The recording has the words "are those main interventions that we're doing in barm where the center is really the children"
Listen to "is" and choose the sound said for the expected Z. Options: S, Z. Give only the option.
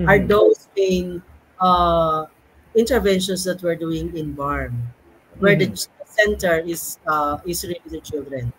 S